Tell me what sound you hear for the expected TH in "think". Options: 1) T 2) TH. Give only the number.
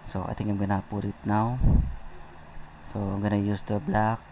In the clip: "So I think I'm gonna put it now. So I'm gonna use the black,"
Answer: 1